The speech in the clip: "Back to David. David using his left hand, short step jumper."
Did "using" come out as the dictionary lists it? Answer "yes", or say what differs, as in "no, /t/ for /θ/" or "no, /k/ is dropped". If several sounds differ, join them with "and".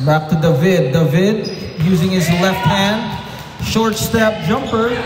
yes